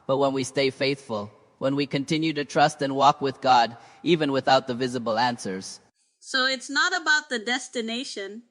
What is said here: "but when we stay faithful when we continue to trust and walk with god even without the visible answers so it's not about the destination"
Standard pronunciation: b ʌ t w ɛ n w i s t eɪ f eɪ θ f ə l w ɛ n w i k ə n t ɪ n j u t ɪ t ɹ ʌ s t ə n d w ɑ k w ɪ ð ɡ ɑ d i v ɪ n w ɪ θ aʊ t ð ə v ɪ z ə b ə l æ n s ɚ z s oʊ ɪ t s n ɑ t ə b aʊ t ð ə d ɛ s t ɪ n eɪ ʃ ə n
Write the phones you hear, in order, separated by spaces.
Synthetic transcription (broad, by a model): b ʌ t w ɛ n w i s t eɪ f eɪ θ f ə l w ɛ n w i k ə n t ɪ n j u t ɪ t ɹ ʌ s t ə n w ɑ k w ɪ ð ɡ ɑ d i v ɪ n w ɪ θ aʊ t ð ə v ɪ z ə b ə l æ n s ɚ z s oʊ ɪ t s n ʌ t ə b aʊ t ð ə d ɛ s t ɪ n eɪ ʃ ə n